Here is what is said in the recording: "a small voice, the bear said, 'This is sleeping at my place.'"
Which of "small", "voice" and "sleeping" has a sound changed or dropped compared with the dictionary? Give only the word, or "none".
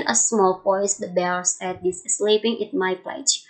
voice